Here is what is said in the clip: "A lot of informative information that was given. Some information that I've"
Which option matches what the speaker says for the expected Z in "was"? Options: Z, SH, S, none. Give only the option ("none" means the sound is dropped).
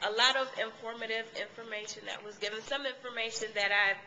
Z